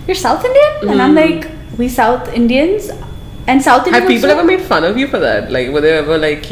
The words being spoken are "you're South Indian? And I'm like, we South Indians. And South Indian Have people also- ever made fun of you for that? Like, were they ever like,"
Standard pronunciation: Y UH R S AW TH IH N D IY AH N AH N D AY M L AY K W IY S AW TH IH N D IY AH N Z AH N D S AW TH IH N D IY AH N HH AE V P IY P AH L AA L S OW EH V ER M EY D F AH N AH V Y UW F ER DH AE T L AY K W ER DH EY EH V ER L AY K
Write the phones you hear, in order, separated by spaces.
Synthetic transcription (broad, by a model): Y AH R S AW TH IH N D IY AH AH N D AY M L AY K W IY S AW TH IH N D IY AH N Z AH N S AW TH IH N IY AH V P IY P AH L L EH V ER M EY D F AH N AH V Y UW F ER DH AE T L AY K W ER DH EY EH V ER L AY K